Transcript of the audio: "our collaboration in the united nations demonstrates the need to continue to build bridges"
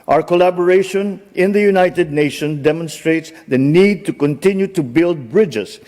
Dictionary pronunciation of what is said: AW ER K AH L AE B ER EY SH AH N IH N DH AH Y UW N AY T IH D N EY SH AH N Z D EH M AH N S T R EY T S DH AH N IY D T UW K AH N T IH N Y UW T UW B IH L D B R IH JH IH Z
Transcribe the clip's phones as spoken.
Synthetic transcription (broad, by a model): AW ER K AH L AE B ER EY SH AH N IH N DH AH Y UW N AY T IH D N EY SH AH N D EH M AH N S T R EY T S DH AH N IY D T UW K AH N T IH N Y UW T UW B IH L D B R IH JH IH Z